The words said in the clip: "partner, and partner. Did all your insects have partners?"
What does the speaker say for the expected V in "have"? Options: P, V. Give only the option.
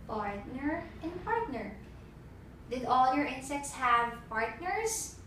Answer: V